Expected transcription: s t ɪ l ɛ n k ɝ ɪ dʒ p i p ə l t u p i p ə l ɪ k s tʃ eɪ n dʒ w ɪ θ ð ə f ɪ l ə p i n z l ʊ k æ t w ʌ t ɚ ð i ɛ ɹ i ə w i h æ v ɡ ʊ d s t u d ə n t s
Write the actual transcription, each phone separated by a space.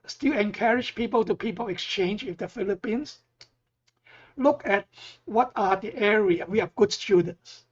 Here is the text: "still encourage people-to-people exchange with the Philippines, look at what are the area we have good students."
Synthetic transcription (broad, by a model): s t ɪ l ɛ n k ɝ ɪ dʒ p i p ə l t u p i p ə l ɪ k s tʃ eɪ n dʒ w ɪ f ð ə f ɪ l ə p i n s l ʊ k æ t w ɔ t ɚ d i ɛ ɹ i ə w i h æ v ɡ ʊ d s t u d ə n t s